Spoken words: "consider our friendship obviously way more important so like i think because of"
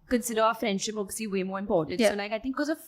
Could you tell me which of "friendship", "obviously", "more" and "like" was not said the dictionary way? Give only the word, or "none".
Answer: obviously